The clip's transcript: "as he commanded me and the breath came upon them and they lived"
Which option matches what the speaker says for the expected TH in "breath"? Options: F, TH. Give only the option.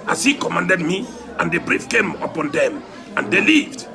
F